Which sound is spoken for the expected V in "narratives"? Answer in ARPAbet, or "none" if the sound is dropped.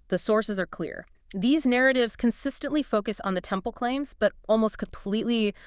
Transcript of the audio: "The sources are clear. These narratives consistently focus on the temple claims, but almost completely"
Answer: V